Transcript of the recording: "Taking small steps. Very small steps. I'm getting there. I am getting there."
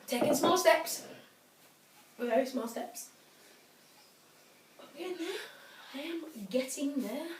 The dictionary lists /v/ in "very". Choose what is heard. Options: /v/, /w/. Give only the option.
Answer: /w/